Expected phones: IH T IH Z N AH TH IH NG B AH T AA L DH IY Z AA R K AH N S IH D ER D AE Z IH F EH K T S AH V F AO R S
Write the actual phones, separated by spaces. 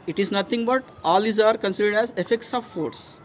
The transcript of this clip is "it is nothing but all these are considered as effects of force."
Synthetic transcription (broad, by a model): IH T IH Z N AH T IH NG B AH T AA L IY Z AA R K AH N S IH D ER D AE Z IH F EH K T S AH V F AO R S